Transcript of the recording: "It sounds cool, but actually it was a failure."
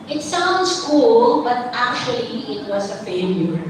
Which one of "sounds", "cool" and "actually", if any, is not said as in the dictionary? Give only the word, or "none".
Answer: sounds